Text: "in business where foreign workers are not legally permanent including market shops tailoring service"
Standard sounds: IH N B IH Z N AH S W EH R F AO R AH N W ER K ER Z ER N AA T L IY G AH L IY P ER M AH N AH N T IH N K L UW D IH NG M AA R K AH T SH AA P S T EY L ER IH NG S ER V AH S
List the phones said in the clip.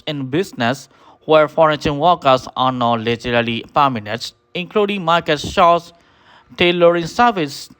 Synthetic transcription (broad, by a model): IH N B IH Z N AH S W EH R F AO R AH N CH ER K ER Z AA N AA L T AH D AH L IY P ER M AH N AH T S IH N K L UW D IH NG M AA R K AH T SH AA S T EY L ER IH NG S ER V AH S